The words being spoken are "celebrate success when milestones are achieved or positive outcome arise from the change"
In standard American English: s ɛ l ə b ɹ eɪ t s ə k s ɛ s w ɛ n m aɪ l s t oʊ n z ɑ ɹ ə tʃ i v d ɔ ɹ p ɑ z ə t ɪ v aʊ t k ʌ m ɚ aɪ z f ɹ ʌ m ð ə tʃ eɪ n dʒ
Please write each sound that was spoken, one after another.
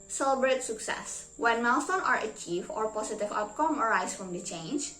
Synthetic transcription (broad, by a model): s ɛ l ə b ɹ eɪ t s ə k s ɛ s w ɛ n m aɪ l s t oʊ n ɑ ɹ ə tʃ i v ɔ ɹ p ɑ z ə t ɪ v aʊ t k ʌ m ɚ aɪ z f ɹ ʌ m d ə tʃ eɪ n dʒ